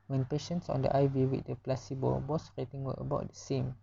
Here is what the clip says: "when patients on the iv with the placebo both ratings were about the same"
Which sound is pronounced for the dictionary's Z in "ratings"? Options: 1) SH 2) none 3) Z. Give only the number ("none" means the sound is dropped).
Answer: 2